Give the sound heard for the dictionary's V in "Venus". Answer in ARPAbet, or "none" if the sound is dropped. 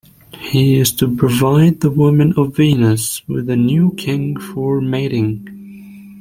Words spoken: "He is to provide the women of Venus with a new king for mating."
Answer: V